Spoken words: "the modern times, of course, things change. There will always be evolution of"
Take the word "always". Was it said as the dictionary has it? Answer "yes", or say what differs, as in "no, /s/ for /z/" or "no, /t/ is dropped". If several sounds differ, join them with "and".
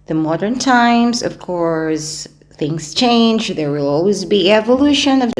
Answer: yes